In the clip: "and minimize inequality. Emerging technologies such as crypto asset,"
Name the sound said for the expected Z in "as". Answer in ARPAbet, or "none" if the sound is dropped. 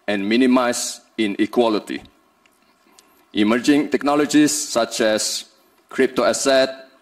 S